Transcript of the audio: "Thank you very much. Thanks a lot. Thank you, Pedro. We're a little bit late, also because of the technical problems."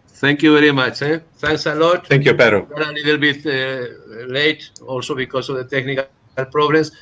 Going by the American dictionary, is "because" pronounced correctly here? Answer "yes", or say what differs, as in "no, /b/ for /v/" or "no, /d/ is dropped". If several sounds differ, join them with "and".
no, /s/ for /z/